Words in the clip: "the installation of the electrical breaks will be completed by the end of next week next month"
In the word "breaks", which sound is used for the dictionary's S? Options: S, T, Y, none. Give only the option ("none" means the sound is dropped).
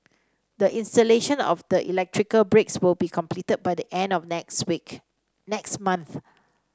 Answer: S